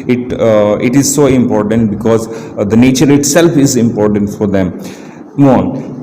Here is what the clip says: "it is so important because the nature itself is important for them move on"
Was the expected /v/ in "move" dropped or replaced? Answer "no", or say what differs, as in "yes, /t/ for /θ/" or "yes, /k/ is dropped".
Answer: yes, /v/ is dropped